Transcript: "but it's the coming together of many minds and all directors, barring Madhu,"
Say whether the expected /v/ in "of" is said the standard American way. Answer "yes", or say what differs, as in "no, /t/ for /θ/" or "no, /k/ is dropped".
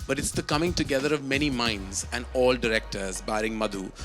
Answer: yes